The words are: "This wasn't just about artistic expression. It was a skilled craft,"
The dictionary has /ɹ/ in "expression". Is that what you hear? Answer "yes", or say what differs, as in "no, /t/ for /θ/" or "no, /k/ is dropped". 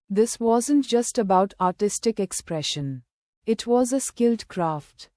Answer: yes